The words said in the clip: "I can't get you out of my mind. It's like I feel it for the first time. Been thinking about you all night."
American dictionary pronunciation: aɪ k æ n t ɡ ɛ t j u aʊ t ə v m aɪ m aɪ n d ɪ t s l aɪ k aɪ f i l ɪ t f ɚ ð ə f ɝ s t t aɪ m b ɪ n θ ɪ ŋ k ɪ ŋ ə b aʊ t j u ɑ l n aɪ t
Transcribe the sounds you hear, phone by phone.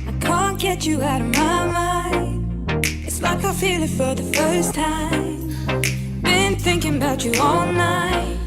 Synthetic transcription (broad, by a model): aɪ k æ n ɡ ɛ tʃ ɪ aʊ t ə v m aɪ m aɪ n ɪ t s l aɪ k aɪ f i l ɪ t f ɚ ð ə f ɝ s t t aɪ m b ɪ n θ ɪ ŋ k ɪ ŋ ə b aʊ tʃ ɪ ɑ l n aɪ t